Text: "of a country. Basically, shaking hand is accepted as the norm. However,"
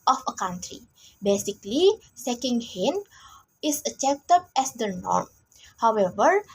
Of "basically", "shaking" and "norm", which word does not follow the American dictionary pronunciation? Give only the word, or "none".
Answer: shaking